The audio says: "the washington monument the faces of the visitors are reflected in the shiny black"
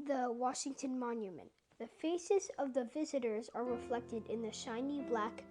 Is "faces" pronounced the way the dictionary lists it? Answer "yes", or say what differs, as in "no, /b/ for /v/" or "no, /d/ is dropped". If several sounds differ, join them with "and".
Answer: yes